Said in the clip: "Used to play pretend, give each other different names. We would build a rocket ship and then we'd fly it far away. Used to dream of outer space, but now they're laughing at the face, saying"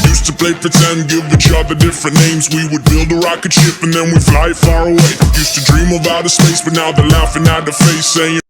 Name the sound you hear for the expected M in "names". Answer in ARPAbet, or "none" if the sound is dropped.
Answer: M